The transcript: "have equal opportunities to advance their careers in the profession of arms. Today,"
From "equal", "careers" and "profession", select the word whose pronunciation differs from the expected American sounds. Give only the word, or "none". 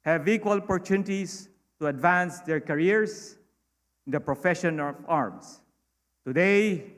careers